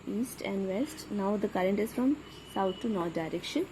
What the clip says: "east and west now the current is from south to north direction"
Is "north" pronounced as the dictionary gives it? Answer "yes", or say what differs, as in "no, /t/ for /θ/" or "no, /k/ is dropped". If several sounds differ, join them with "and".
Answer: no, /t/ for /θ/